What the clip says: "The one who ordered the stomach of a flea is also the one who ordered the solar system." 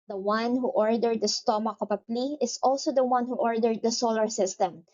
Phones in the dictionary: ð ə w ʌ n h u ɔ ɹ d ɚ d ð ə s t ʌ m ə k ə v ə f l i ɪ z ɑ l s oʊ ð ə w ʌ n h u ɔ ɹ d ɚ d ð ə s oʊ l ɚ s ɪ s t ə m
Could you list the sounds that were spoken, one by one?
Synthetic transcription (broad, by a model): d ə w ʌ n h u ɔ ɹ d ɚ d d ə s t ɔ m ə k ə p ə p l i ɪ s ɑ l s oʊ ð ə w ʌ n h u ɔ ɹ d ɚ d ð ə s oʊ l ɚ s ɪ s t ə m